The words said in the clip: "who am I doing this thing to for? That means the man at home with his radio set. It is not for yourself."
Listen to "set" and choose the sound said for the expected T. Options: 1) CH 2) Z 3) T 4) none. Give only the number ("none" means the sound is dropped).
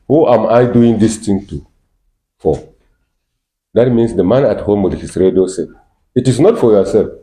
4